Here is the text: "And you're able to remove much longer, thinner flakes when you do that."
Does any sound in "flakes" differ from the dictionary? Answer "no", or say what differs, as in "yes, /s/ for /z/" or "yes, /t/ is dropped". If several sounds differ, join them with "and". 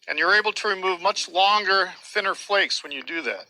no